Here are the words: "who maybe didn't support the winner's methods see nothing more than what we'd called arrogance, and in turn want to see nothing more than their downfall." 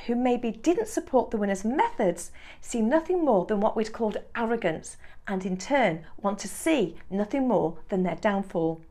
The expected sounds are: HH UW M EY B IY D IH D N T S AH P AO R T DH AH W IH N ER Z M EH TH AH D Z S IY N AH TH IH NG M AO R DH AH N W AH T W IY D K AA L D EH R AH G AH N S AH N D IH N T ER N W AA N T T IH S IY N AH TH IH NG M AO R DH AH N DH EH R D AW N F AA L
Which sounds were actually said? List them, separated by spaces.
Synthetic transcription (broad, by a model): HH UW M EY B IY D IH D N T S AH P AO R T DH AH W IH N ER Z M EH TH AH D Z S IY N AH TH IH NG M AO R DH AH N W AH T W IY D K AA L D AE R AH G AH N S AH N IH N T ER N W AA N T T IH S IY N AH TH IH NG M AO R DH AH N DH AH R D AW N F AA L